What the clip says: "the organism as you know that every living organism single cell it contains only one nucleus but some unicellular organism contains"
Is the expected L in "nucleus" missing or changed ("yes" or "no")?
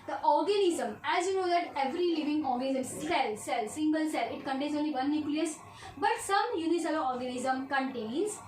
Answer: no